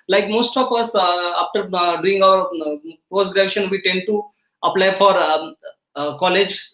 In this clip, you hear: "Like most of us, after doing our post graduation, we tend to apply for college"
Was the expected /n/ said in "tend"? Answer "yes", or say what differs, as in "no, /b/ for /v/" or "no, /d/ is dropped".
yes